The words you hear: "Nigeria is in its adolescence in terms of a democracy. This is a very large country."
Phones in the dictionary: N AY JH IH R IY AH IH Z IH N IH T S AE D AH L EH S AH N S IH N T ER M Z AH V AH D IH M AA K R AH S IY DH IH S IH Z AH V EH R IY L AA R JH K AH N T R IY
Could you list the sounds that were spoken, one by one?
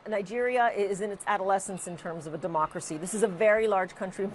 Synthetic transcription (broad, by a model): N AY JH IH R IY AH IH Z IH N IH T S AE D AH L EH S AH N S IH N T ER M Z AH V AH D IH M AA K R AH S IY DH IH S IH Z AH V EH R IY L AA R JH K AH N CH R IY